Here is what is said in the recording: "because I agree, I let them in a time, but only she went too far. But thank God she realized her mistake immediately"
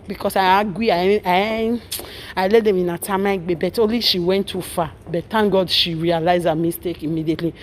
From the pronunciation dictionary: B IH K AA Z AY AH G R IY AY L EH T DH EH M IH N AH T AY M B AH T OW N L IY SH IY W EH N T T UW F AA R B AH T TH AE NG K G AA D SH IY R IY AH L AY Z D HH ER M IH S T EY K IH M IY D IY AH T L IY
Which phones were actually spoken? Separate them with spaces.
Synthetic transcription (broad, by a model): B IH K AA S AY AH G IY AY L EH T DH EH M IH N AH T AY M B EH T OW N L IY SH IY W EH N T T UW F AA B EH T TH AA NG G AA D SH IY R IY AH L AY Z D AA M IH S T EY K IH M IY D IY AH T L IY